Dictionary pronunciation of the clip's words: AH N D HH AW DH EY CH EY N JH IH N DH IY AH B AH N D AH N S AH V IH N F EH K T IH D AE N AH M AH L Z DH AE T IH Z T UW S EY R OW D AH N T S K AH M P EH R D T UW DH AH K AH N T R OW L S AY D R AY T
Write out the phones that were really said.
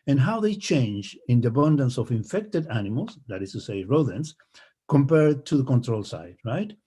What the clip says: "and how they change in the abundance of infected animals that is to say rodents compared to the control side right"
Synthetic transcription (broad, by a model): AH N HH AW DH EY CH EY N JH IH N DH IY AH B AH N D AH N S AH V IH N F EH K T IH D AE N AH M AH L S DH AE T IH S T UW S EY R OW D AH N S K AH M P EH R D T UW DH AH K AH N T R OW L S AY D R AY T